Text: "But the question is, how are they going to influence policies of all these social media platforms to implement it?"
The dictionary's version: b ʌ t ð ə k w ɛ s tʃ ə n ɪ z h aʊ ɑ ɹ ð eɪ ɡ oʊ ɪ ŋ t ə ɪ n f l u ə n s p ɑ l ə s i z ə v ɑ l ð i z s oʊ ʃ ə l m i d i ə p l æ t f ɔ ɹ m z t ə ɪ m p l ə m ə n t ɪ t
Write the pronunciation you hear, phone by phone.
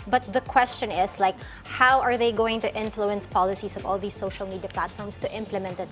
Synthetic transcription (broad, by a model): b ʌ t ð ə k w ɛ s tʃ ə n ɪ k h aʊ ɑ ɹ ð eɪ ɡ oʊ ɪ ŋ t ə ɪ n f l u ə n s p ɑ l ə s i s ə v ɑ l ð i s oʊ ʃ ə l m i d i ə p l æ t f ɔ ɹ m s t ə ɪ m p l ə m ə n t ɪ t